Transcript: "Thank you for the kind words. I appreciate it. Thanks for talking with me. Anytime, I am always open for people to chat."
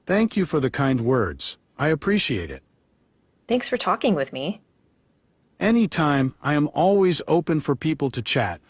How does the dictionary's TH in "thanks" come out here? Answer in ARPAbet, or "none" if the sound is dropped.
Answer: TH